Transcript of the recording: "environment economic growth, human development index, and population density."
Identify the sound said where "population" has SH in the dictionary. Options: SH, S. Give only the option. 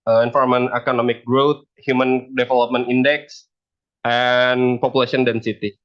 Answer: S